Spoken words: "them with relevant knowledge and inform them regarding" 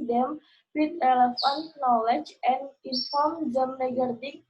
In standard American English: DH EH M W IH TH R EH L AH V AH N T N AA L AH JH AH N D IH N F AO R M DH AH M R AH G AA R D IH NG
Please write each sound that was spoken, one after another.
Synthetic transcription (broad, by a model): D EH M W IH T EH L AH F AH N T N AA L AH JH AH N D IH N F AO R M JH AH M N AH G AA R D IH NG